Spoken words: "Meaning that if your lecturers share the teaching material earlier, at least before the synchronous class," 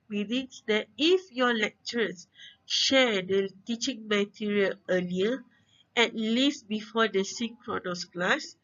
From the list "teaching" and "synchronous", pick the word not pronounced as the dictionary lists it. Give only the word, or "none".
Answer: synchronous